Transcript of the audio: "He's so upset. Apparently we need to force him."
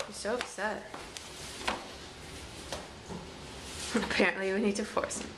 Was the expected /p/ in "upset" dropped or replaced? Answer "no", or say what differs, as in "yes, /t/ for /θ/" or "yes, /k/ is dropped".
yes, /b/ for /p/